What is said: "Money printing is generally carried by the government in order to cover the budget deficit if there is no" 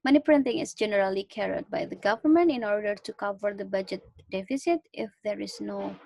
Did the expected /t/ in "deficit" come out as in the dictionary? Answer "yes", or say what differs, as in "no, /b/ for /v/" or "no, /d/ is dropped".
yes